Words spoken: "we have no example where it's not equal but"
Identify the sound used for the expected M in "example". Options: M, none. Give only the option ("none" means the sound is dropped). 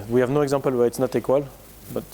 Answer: none